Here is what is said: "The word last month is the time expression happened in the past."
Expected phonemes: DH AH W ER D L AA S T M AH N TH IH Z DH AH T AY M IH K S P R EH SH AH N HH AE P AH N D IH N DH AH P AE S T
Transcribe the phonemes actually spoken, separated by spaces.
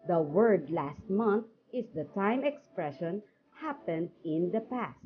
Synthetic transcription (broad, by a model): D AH W ER D L AA S T M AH N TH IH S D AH T AY M IH K S P R EH SH AH N HH AE P AH N D IH N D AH P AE S T